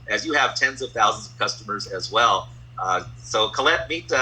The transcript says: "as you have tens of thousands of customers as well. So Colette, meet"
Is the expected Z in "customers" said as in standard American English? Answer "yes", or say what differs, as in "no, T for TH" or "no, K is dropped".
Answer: yes